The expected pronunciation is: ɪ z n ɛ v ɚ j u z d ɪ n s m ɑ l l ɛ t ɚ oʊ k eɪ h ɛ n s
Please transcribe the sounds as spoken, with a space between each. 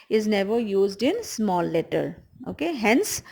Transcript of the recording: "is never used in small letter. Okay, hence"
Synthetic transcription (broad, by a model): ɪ z n ɛ v ɚ j u z d ɪ n s m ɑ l l ɛ t ɚ oʊ k eɪ h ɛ n s